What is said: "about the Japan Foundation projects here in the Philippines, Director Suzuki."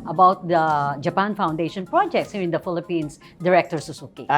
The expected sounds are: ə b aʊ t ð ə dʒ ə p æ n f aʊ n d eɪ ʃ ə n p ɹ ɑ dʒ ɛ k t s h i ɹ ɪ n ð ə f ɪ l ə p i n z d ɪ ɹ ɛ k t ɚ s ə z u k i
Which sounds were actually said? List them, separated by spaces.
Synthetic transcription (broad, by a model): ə b aʊ t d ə dʒ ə p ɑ n f aʊ n d eɪ ʃ ə n p ɹ ɑ dʒ ɛ k t s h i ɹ ɪ n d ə f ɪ l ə p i n s d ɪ ɹ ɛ k t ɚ s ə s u k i